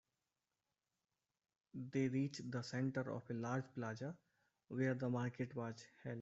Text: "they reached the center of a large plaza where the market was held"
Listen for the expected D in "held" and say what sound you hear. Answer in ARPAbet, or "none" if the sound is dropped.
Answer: none